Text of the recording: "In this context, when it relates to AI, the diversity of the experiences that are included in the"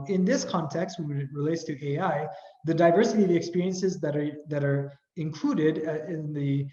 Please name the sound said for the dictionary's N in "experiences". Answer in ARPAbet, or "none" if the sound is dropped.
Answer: N